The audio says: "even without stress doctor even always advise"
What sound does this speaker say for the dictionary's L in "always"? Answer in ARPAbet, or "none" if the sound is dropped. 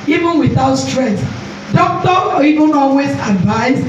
L